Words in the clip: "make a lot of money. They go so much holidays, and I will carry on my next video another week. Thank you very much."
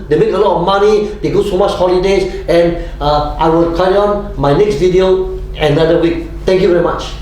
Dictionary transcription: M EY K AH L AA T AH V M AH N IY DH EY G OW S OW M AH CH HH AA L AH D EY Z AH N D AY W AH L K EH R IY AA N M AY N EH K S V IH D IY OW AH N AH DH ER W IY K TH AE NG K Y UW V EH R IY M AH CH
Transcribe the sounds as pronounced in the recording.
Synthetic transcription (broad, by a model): M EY K AH L AA T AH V M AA N IY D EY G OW S OW M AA CH HH AA L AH D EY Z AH N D AY W AH L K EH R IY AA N M AY N EH K S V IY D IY OW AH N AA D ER W IY K T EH NG K Y UW V EH R IY M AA CH